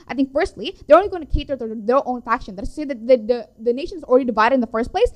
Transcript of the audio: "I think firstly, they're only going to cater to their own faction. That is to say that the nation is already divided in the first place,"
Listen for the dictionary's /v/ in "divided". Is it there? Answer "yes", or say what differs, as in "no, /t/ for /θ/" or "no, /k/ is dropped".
yes